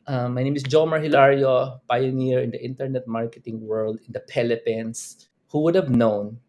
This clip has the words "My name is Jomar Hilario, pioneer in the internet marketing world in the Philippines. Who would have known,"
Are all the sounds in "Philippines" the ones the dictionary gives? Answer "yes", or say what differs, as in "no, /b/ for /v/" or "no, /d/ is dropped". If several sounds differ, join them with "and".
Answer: no, /p/ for /f/ and /s/ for /z/